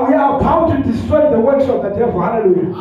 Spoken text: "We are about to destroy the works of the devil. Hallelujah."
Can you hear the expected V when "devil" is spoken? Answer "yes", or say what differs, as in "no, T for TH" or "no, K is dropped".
no, V is dropped